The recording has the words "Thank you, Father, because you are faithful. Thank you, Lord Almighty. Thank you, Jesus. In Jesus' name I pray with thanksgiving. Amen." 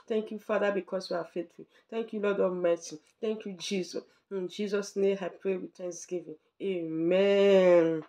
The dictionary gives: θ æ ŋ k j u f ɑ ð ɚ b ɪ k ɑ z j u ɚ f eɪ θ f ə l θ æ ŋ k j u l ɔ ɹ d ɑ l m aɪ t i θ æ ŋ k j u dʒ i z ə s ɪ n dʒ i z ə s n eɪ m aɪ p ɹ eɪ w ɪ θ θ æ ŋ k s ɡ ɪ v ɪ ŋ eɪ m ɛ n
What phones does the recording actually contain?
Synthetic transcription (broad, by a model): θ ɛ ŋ k j u f ɑ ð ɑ b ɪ k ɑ s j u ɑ f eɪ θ f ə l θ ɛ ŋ k j u l ɔ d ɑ m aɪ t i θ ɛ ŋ k j u dʒ i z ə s ɪ n dʒ i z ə s n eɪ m aɪ p ɹ eɪ w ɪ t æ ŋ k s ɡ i v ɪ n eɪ m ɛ n